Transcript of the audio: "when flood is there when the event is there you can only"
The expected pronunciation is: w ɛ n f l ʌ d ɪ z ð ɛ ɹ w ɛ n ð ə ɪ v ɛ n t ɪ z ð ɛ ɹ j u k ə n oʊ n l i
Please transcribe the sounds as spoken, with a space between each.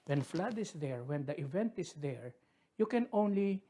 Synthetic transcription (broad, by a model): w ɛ n f l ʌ d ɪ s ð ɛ ɹ w ɛ n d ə ɪ v ɛ n t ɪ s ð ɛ ɹ j u k ə n oʊ n l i